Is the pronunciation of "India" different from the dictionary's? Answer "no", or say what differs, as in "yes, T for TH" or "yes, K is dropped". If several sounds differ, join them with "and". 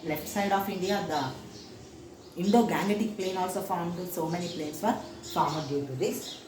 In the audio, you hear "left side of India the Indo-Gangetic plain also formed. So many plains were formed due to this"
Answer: no